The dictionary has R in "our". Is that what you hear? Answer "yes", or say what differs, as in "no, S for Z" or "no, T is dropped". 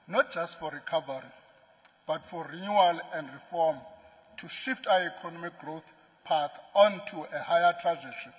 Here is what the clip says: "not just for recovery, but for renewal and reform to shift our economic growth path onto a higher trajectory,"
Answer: no, W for R